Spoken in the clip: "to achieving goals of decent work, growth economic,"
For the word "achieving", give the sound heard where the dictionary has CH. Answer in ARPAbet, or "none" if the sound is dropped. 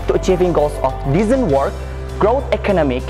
CH